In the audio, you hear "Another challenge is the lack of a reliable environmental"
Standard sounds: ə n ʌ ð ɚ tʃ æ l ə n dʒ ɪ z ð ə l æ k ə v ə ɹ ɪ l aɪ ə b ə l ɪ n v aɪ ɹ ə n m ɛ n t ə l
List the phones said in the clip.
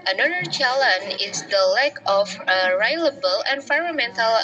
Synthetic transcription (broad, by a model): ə n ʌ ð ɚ tʃ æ l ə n ɪ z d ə l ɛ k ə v ə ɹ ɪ l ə b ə l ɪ n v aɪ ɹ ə m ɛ n t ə l